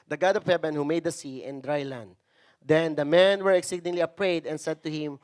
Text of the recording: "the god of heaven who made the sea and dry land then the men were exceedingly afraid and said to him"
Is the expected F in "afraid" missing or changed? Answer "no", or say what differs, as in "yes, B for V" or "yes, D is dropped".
yes, P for F